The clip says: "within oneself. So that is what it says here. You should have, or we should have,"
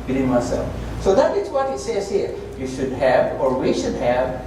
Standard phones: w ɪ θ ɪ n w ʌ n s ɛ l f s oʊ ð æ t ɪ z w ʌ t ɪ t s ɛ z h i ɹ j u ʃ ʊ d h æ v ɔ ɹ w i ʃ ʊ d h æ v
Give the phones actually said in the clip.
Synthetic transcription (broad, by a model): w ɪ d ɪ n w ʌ s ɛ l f s oʊ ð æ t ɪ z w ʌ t ɪ t s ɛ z h i ɹ j u ʃ ʊ d h æ v ɔ ɹ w i ʃ ʊ d h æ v